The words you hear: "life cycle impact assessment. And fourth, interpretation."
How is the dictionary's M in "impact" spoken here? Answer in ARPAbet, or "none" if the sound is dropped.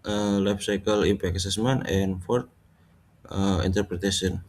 none